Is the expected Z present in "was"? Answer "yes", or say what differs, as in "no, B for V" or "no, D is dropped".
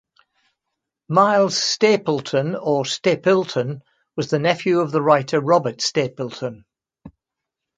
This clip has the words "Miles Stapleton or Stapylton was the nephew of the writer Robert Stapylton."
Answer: yes